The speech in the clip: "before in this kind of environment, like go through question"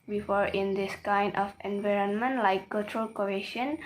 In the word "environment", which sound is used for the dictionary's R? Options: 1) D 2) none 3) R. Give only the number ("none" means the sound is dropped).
3